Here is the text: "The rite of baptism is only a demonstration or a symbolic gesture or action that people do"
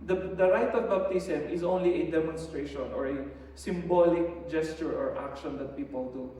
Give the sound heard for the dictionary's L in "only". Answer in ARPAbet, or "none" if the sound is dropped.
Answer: L